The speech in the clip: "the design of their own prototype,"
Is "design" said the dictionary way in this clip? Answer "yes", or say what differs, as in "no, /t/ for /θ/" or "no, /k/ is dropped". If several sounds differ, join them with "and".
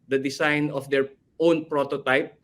no, /s/ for /z/